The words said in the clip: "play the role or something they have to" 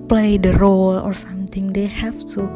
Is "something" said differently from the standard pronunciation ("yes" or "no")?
yes